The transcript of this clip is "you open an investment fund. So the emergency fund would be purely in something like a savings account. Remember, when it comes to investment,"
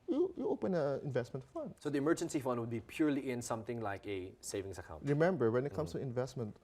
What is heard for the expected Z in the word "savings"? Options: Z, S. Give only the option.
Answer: S